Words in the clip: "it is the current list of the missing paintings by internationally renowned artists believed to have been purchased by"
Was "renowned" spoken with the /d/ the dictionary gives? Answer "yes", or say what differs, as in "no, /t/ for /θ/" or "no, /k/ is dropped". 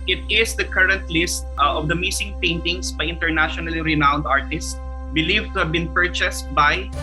yes